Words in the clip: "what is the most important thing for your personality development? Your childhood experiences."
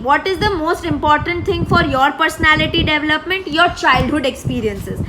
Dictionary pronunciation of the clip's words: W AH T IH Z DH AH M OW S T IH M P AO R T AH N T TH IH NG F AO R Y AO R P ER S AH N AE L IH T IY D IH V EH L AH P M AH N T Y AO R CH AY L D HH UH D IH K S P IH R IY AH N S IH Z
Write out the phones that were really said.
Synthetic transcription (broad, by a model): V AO T IH Z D AH M OW S T IH M P AO R T AH N T T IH NG F AO R Y AO R P ER S AH N AE L IH T IY D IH V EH L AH P M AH N T Y AO R CH AY L D HH UH D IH K S P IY R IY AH N S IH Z